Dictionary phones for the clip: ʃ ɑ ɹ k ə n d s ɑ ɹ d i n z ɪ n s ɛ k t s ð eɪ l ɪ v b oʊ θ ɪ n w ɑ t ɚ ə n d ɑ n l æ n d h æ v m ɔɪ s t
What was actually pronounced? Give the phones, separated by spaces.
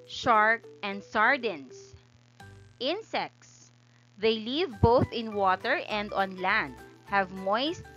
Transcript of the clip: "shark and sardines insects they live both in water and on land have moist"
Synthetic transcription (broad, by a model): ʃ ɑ ɹ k ə n d s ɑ ɹ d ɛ n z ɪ n s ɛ k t s ð eɪ l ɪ v b oʊ θ ɪ n w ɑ t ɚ ə n d ɑ n l æ n d h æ v m ɔɪ s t